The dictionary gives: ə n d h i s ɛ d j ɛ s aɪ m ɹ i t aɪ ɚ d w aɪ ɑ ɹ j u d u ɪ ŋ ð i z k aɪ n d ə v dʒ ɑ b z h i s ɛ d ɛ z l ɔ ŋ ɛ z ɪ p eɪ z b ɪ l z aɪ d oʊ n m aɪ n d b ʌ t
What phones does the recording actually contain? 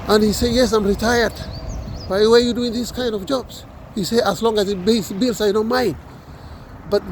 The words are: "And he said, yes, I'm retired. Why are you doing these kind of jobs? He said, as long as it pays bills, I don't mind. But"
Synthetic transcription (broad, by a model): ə n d h i s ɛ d j ɛ s aɪ m ɹ i t aɪ ɚ d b aɪ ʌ w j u d u ɪ ŋ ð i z k aɪ n d ə v dʒ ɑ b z h i s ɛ ʌ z l ɔ ŋ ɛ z ɪ b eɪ s b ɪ l s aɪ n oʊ m aɪ n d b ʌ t